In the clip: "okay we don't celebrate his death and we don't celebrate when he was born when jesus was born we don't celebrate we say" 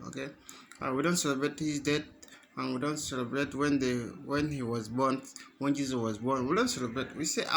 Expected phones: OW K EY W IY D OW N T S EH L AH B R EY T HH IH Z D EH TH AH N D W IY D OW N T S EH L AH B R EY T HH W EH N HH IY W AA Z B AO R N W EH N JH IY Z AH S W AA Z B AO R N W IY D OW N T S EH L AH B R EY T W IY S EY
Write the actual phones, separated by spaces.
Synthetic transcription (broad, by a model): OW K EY W IY D OW N T S EH L AH B R EY T HH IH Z D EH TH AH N W IY D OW N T S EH L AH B R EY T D W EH N HH IY W AA Z B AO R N W EH N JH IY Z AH W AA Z B AO R N W IY D OW N T S EH L AH B R EY T W IY S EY